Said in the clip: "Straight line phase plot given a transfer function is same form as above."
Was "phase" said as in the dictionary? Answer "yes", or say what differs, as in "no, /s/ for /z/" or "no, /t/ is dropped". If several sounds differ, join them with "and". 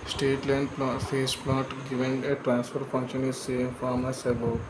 no, /s/ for /z/